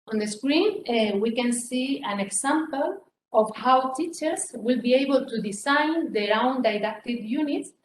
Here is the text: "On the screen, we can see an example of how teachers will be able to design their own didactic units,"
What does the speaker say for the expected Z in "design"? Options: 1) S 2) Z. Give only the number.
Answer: 1